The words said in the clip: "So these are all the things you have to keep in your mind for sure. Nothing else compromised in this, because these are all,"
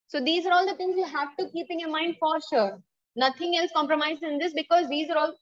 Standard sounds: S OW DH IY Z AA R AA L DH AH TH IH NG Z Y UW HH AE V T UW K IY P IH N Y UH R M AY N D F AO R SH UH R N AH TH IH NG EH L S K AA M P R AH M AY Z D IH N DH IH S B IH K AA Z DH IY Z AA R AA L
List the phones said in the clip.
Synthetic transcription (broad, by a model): S OW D IY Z AA R AA L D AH T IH NG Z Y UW HH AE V T UW K IY P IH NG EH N M AY N D F AO R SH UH R N AH T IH NG EH L S K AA M P R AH M AY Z IH N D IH S B IH K AA Z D IY Z AA R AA L